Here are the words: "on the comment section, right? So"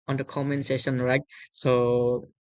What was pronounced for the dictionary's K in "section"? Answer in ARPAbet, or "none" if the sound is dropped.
none